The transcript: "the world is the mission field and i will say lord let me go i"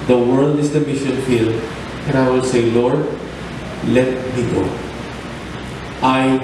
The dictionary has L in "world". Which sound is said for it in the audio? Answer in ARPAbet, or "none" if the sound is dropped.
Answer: L